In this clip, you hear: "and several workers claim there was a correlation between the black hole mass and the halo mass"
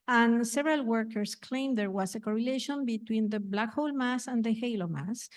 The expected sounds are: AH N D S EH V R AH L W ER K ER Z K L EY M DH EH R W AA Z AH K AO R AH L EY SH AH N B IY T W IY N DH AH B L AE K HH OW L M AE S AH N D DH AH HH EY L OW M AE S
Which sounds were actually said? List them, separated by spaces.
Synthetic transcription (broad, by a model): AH N S EH V R AH L W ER K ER S K L EY M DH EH R W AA S AH K AO R AH L EY SH AH N B IY T W IY N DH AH B L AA K HH OW L M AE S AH N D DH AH HH EY L OW M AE S